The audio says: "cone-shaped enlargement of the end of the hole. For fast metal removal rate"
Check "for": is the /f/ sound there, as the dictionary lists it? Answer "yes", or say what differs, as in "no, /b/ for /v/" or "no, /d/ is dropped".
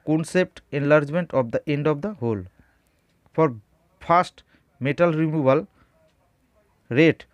no, /p/ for /f/